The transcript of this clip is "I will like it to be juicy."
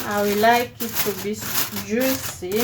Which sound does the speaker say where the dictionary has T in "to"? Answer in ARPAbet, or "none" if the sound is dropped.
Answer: S